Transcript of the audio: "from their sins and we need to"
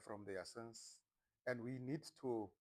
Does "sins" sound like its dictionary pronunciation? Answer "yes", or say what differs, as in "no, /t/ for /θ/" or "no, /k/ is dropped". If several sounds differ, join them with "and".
no, /s/ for /z/